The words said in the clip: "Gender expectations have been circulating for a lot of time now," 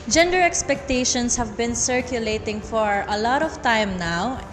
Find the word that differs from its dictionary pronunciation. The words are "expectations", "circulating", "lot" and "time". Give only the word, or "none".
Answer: expectations